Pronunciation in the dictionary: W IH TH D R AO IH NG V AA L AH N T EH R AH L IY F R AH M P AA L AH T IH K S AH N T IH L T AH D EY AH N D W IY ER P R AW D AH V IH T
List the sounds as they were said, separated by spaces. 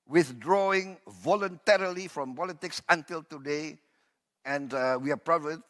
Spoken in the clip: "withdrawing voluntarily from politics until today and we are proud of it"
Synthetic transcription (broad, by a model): W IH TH D R AO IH NG V AA L AH N T EH R AH L IY F R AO M P AA L AH T IH K S AH N T IH L T AH D EY AH N D W IY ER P R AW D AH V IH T